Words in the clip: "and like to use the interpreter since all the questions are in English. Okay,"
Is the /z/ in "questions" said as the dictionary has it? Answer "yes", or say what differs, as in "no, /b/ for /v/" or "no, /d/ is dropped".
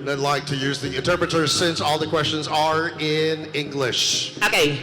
yes